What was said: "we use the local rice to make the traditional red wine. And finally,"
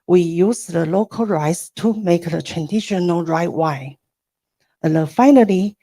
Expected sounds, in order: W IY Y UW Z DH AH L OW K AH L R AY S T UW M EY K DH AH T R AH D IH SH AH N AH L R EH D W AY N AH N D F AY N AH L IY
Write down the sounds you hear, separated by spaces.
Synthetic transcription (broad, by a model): W IY Y UW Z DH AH L OW K AH L R AY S T UW M EY K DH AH T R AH D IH SH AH N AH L R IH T W AY AH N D F AY N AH L IY